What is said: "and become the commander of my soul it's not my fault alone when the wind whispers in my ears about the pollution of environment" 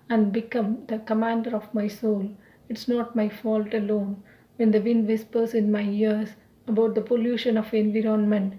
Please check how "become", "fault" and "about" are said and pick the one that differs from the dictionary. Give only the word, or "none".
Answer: none